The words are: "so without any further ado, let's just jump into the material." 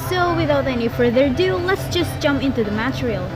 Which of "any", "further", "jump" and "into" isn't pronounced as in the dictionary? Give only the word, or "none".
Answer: none